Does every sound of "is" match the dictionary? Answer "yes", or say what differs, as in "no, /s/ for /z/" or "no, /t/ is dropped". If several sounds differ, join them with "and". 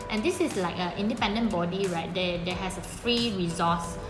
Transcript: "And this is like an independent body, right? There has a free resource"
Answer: no, /s/ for /z/